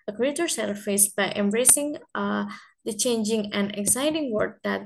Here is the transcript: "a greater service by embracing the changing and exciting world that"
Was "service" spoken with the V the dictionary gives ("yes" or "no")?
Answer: no